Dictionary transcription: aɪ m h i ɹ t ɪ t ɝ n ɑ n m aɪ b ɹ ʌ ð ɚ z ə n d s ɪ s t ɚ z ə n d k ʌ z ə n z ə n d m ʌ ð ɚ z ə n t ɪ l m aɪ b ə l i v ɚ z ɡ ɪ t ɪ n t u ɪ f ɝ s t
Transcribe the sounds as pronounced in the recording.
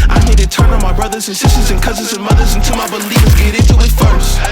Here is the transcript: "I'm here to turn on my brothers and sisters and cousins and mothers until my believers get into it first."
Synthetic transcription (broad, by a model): aɪ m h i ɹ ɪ t ɝ n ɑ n m aɪ b ɹ ʌ ð ɚ z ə n s ɪ s t ɚ z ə n k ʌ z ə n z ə n m ʌ ð ɚ z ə n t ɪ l m aɪ b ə l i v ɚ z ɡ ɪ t ɪ n t u ɪ f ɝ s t